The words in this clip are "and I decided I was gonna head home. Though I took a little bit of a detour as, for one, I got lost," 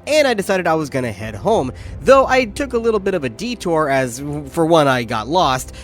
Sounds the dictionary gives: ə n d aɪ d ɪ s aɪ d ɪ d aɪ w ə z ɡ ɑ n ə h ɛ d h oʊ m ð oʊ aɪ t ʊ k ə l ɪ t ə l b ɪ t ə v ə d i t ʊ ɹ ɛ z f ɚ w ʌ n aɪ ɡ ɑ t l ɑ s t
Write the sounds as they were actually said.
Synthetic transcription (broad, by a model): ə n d aɪ d ɪ s aɪ d ɪ d aɪ w ə z ɡ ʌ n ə h ɛ d h oʊ m ð oʊ aɪ t ʊ k ə l ɪ t l b ɪ t ə v ə d i t ʊ ɹ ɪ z f ɚ w ʌ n aɪ ɡ ɑ t l ɑ s t